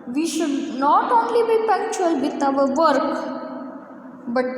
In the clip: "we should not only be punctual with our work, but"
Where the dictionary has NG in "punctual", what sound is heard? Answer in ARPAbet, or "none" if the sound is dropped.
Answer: none